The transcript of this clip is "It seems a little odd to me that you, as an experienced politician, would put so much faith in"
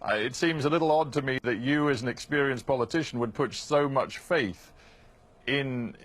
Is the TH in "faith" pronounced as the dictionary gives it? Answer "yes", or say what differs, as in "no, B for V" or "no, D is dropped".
yes